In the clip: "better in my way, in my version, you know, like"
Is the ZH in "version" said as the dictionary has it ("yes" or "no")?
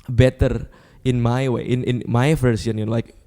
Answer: no